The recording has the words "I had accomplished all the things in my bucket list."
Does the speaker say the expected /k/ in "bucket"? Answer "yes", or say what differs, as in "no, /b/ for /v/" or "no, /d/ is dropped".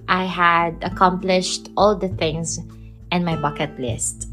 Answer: yes